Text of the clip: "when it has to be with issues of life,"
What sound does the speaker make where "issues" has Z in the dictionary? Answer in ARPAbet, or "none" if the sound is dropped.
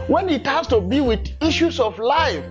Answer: S